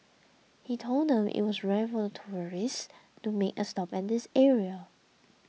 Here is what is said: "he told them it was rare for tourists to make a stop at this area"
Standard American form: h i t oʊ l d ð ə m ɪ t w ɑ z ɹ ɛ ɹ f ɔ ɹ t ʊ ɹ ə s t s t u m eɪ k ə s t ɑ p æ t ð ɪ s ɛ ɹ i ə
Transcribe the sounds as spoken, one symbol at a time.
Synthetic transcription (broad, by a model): h i t oʊ l d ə m ɪ t w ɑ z ɹ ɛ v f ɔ l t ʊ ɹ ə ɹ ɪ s t u m eɪ k ə s t ɑ p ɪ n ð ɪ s ɛ ɹ i ə